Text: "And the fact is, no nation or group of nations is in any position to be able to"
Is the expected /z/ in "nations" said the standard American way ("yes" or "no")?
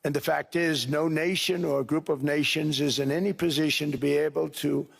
yes